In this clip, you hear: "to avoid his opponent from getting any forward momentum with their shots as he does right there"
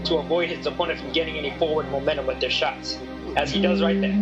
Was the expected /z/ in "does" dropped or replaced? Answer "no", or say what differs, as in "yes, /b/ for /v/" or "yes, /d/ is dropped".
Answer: no